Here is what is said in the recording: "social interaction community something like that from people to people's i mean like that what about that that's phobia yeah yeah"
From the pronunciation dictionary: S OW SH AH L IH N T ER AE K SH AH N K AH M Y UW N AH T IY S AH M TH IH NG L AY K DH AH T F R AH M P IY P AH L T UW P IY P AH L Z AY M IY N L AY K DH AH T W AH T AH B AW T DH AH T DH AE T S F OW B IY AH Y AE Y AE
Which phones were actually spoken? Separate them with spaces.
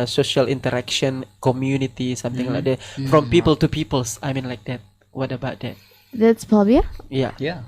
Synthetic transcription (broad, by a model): S OW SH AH L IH N T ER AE K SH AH N K AH M Y UW N AH T IY S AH M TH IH NG L AY K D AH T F R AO M P IY P AH L T UW P IY P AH L S AY M IY N L AY K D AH T W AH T AH B AW T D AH T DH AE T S P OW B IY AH Y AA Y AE